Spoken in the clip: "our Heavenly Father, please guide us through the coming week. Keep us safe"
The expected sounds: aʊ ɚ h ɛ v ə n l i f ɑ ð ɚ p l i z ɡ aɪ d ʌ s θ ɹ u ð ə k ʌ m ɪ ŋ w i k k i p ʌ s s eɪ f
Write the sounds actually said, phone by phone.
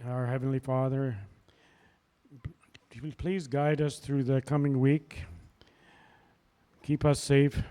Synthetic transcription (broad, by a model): aʊ ɚ h ɛ v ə n l i f ɑ ð ɚ p l i z ɡ aɪ d ʌ s θ ɹ u ð ə k ʌ m ɪ ŋ w i k k i p ʌ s s eɪ f